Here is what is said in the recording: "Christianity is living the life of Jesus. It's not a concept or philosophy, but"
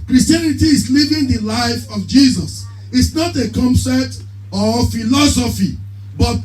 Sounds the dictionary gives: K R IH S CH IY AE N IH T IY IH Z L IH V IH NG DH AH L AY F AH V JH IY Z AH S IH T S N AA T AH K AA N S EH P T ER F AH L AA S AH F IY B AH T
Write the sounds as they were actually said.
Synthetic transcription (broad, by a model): K R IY S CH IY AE N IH T IY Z L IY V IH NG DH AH L AY F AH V JH IY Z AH S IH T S N AA T AH K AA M S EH T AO F AH L AA S AH F IY B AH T